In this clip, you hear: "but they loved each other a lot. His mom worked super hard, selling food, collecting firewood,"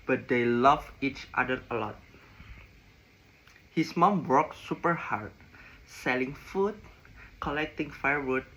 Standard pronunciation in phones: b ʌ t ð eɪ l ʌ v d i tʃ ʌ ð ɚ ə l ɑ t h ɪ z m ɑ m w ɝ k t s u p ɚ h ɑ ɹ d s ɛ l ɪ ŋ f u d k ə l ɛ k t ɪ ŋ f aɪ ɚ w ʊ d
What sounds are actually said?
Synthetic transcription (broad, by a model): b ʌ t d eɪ l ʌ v i tʃ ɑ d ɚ ə l ɑ t h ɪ s m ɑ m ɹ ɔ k s u p ɚ h ɑ ɹ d s ɛ l ɪ ŋ f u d k ə l ɛ k t ɪ ŋ f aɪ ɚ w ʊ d